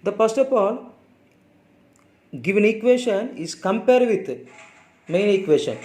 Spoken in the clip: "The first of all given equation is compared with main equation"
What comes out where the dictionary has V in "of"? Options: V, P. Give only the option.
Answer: P